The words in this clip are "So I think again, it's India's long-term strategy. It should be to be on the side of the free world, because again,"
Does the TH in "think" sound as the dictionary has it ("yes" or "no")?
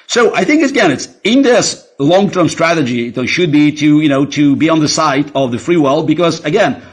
yes